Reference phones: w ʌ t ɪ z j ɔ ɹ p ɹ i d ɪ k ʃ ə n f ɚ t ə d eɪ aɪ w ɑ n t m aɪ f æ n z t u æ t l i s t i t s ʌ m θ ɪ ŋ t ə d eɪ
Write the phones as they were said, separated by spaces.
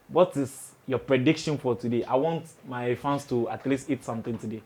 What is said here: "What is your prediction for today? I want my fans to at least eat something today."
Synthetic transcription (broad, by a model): w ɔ t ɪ s j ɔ p ɹ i d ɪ k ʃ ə n f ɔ t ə d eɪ aɪ w ɑ n t m aɪ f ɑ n s t u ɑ t l i s t i t s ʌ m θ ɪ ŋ t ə d eɪ